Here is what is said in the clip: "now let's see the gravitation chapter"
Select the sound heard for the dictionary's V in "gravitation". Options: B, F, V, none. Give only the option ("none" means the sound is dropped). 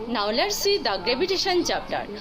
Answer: B